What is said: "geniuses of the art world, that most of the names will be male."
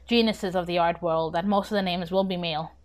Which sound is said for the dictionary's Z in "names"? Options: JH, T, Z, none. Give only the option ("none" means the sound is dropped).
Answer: Z